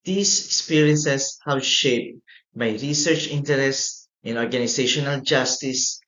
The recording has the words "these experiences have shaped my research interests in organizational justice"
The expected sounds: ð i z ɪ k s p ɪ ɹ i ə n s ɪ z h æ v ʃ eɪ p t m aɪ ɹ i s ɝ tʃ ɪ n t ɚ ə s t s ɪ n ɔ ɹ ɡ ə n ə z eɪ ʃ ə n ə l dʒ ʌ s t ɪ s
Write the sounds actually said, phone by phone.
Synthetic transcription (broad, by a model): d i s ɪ k s p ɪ ɹ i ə n s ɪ s h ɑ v ʃ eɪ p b aɪ ɹ i s ɝ tʃ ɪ n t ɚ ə s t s ɪ n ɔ ɹ ɡ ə n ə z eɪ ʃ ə n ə l dʒ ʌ s t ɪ s